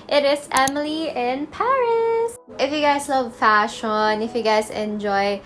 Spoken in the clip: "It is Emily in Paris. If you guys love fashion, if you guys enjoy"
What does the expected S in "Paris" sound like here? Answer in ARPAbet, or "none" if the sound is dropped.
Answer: S